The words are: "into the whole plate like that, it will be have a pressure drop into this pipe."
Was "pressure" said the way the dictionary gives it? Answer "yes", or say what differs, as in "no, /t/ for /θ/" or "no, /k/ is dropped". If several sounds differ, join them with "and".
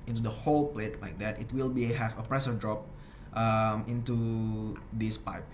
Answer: no, /s/ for /ʃ/